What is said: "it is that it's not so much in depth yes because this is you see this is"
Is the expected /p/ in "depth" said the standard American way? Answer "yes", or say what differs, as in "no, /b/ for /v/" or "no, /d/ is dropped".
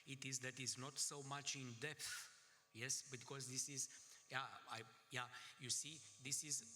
yes